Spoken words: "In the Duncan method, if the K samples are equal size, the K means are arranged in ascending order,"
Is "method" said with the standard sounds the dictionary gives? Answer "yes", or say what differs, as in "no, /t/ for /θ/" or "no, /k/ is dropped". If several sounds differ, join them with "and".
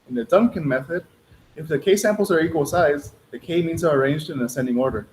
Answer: yes